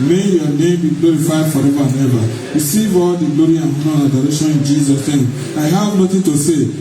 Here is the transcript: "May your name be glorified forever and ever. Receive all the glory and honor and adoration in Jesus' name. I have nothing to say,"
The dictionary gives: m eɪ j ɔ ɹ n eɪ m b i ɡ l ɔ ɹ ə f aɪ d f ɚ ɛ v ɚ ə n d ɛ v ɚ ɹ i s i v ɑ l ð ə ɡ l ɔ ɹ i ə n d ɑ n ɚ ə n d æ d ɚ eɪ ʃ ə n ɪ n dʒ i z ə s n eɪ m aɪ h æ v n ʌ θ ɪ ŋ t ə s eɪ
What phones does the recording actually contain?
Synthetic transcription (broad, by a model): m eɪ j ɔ n eɪ m b i ɡ l ɔ ɹ ə f aɪ d f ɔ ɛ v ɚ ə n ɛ b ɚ ɹ i s i v ɑ l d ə ɡ l ɔ ɹ i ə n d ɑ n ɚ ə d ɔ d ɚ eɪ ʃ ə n ɪ n dʒ i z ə s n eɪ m aɪ h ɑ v n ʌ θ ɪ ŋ t ə s eɪ